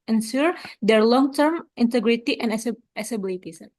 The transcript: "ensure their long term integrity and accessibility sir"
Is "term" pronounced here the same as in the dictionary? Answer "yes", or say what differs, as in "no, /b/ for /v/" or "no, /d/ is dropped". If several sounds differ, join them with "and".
yes